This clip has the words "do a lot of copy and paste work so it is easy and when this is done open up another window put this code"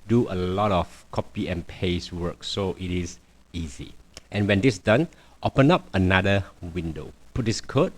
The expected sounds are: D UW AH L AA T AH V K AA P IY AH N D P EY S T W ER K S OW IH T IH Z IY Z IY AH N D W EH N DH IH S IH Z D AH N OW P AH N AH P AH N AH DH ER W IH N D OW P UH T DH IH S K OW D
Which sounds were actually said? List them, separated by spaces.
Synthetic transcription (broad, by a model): D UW AH L AA T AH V K AA P IY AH N P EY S W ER K S OW IH T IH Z IY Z IY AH N W EH N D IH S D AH N OW P AH N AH P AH N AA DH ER W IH N D OW P UH T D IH S K OW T